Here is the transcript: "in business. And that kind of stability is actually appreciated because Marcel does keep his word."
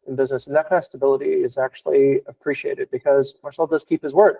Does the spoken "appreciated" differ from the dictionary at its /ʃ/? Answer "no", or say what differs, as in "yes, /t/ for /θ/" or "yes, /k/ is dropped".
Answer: no